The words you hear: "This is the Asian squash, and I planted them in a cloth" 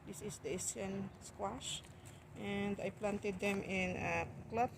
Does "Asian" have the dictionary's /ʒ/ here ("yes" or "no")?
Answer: no